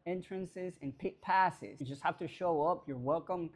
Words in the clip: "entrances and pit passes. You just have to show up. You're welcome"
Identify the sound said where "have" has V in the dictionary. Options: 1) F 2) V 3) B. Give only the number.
1